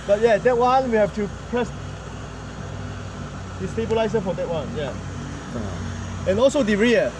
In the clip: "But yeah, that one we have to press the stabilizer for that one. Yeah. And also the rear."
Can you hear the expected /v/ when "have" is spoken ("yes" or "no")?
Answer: no